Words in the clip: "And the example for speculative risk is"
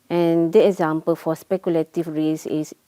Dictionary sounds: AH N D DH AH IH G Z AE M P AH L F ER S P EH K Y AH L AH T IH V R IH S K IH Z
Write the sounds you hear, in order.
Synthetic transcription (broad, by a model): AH N D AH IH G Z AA M P AH L F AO S P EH K Y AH L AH T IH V R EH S IH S